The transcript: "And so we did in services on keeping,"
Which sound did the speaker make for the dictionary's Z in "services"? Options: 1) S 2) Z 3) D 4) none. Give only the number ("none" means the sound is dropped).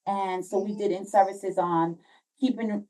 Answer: 2